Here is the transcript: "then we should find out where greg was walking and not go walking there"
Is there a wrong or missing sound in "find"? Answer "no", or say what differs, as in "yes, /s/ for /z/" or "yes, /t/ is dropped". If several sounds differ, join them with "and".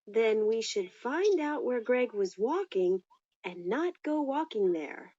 no